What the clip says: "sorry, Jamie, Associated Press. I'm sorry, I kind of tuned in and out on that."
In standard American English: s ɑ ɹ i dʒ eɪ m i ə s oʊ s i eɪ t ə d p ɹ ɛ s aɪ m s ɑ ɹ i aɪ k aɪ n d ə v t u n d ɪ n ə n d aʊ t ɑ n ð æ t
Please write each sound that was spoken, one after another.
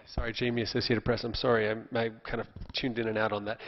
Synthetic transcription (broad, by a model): s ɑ ɹ i dʒ eɪ m i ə s oʊ s i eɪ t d p ɹ ɛ s aɪ m s ɑ ɹ i aɪ k aɪ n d ə v t u n d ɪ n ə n aʊ t n ð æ t